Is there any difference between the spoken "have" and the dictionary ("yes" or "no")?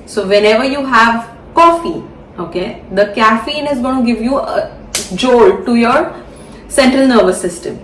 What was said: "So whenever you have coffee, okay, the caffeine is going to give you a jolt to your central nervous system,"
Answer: no